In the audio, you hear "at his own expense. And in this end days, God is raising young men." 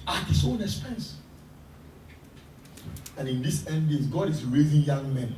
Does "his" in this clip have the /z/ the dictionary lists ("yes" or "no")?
no